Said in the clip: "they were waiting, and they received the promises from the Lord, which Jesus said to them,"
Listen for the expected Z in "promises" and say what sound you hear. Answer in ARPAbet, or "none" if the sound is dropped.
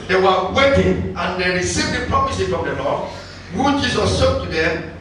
none